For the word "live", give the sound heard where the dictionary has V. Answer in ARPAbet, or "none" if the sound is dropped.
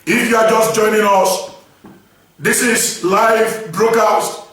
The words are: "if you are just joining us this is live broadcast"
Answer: V